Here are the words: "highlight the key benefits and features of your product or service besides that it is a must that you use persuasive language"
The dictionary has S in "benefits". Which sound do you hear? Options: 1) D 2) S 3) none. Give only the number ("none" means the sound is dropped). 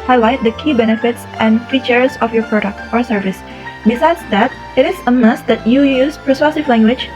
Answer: 2